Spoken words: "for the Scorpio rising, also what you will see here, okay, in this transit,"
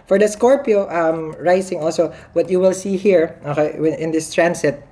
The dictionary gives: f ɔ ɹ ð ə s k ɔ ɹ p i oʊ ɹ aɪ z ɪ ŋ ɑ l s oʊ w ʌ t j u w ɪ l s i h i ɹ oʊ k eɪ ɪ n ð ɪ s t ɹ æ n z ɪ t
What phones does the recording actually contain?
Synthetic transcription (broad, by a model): f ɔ ɹ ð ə s k ɔ ɹ p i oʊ ɹ aɪ s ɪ ŋ ɑ l s oʊ w ʌ t j u w ɪ l s i h i ɹ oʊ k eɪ ɪ n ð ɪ s t ɹ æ n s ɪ t